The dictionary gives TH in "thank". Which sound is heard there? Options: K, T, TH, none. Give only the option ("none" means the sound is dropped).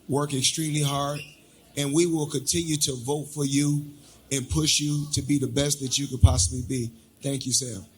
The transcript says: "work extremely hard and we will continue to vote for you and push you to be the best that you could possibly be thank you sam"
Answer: TH